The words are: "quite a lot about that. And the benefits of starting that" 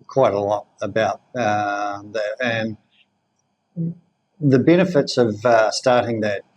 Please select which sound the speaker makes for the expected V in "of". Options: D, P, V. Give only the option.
V